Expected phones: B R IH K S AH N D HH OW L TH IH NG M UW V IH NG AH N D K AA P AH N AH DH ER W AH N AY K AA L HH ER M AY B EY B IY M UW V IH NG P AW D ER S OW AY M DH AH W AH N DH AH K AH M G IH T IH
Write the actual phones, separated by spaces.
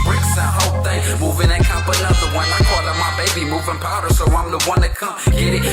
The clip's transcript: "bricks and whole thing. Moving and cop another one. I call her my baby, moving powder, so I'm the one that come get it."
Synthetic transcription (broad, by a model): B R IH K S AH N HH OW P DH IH M UW V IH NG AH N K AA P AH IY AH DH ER W AH N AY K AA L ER M AY B EY B IY M UW V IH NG P AW D ER S OW AY M DH AH W AH N DH AH K AH M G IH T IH